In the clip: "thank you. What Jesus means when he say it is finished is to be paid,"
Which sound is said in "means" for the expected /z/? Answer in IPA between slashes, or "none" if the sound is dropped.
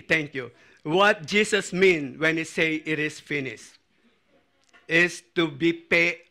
none